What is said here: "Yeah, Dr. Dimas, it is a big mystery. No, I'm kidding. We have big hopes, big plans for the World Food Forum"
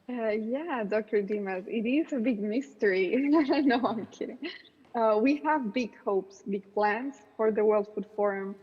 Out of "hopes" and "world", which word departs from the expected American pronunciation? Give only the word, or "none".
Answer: none